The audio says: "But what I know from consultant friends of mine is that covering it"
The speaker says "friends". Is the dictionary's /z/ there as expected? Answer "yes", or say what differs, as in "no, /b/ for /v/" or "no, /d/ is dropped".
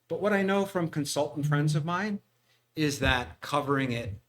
yes